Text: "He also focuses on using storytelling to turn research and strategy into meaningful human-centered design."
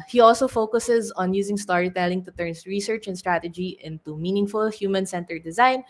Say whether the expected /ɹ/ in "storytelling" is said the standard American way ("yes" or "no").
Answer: yes